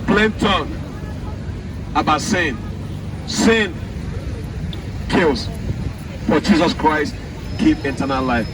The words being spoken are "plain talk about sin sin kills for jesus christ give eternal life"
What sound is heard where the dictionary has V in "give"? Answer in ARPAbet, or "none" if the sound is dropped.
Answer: P